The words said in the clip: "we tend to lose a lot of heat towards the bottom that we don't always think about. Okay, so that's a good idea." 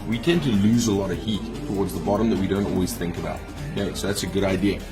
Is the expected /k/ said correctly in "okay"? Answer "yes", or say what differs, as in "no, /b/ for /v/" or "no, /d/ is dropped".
no, /k/ is dropped